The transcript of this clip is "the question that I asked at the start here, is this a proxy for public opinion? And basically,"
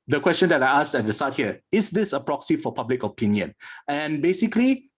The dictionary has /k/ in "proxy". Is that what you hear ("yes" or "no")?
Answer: yes